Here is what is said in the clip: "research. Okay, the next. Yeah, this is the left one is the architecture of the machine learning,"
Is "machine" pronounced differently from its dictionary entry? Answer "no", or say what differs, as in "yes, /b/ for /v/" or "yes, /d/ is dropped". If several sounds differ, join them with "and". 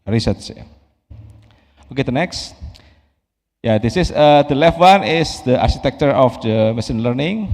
yes, /s/ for /ʃ/